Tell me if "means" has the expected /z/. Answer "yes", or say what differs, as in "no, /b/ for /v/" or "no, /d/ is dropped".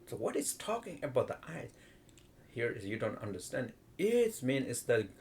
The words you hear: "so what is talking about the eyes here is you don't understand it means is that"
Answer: no, /z/ is dropped